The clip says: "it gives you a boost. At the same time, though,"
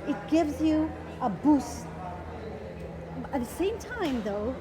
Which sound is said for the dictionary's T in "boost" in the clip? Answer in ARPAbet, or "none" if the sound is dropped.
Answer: none